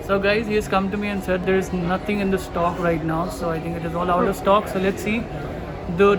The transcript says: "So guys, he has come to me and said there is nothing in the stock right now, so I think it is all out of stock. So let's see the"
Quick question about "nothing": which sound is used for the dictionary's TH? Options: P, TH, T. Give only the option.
T